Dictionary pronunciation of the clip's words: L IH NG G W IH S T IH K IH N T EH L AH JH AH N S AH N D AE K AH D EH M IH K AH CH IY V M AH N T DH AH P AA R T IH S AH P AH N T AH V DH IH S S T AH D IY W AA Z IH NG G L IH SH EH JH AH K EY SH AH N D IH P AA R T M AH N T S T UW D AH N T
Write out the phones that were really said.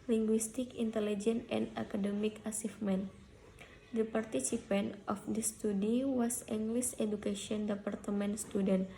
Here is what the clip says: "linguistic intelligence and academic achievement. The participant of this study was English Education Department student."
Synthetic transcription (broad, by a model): L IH NG G W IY S T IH K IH N T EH L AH JH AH N AH N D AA K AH D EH M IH K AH S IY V M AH N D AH P AA R T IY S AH P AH N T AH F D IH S S T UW D IY W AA S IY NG G L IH S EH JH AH K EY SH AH N D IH P AA R T M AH N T S T UW D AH N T